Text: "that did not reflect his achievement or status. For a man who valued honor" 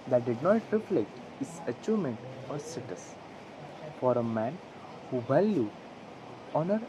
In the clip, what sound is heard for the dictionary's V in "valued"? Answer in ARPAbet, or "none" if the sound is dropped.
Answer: B